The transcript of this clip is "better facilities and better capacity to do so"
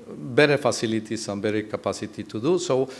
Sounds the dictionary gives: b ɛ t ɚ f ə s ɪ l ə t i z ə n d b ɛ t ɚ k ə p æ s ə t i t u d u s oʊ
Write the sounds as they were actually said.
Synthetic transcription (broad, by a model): b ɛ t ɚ f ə s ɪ l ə t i s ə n b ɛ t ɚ k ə p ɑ s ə t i t u d u s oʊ